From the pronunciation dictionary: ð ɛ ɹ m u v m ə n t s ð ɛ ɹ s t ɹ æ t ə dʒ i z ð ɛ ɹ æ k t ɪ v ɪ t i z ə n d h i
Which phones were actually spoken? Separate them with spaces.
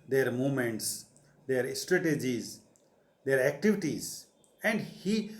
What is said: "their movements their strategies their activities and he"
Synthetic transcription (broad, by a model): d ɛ ɹ m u m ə n t s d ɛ ɹ s t ɹ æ t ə dʒ i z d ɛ ɹ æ k t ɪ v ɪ t i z ə n d h i